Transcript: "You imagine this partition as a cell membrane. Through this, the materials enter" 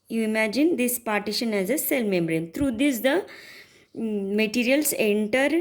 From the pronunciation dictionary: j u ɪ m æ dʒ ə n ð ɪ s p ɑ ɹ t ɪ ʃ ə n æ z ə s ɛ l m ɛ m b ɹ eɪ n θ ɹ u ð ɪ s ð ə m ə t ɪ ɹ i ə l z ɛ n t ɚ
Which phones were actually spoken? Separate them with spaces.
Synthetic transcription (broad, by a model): j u ɪ m æ dʒ ə n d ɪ s p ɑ ɹ t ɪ ʃ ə n æ z ə s ɛ l m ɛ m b ɹ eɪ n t ɹ u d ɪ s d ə m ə t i ɹ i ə l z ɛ n t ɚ